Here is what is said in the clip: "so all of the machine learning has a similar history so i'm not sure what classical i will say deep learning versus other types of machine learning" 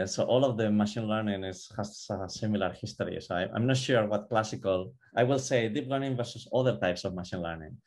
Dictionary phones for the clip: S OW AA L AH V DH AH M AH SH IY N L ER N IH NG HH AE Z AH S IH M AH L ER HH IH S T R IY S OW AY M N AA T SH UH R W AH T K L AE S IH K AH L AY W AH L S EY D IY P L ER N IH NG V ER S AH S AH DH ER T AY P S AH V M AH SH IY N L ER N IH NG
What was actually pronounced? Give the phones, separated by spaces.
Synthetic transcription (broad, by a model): S OW AA L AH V DH AH M AH SH IY N L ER N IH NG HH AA S AH S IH M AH L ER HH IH S T R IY S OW AY M N AA T SH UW R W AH T K L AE S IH K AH L AY W AH L S EY D IY P L ER N IH NG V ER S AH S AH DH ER T AY P S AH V M AH SH IY N L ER N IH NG